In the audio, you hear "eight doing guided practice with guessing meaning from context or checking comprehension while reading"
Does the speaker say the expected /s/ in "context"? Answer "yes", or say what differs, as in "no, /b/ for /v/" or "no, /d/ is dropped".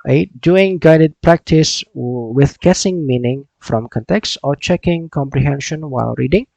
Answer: yes